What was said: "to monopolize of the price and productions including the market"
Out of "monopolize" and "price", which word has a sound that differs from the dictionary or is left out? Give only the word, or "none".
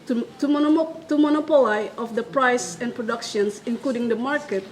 monopolize